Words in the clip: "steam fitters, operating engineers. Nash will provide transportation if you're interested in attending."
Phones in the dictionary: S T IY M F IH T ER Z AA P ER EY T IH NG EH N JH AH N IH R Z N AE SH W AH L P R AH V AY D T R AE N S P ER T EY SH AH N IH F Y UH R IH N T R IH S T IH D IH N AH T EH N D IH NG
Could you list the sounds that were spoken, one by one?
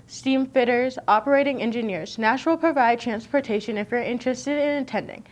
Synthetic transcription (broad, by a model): S T IY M F IH T ER Z AA P ER EY T IH NG EH N JH AH N IH R Z N AE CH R L P R AH V AY D T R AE N S P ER T EY SH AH N IH F Y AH R IH N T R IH S T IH D IH N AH T EH N D IH NG